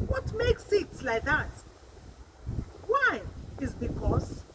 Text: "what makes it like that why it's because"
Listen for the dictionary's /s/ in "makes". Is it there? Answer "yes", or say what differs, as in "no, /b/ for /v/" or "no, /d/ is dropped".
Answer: yes